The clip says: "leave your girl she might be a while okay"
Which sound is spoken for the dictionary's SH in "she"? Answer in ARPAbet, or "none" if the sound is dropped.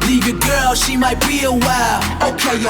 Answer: SH